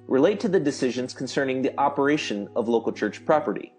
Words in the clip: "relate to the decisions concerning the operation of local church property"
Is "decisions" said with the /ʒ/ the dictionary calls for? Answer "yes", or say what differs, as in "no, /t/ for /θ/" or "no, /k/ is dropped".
yes